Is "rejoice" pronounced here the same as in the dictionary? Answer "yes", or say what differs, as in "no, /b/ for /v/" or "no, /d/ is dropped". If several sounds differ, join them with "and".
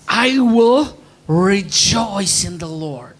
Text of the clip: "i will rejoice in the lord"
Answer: yes